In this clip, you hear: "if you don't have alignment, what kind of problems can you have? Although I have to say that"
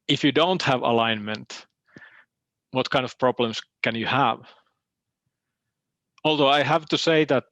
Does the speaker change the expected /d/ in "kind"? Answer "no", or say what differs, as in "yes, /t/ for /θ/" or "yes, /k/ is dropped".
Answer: no